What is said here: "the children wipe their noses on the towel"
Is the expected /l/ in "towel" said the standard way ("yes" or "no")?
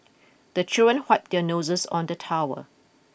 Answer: no